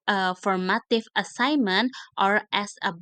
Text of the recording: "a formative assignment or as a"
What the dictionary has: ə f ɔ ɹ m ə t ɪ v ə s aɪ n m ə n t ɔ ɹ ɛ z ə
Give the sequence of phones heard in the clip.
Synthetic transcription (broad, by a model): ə f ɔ ɹ m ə t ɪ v ə s aɪ n m ə n t ɔ ɹ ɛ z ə